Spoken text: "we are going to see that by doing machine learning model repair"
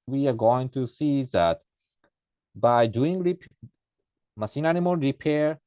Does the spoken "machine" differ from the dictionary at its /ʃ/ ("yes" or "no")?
yes